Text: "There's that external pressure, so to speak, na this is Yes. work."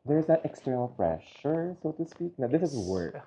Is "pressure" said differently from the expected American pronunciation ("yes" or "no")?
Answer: yes